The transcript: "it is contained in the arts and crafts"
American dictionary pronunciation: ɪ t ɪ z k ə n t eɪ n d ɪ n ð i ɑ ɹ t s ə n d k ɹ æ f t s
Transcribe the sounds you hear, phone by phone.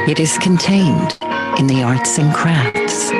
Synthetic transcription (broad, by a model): ɪ t ɪ z k ə n t eɪ n d ɪ n ð i ɑ ɹ t s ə n k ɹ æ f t s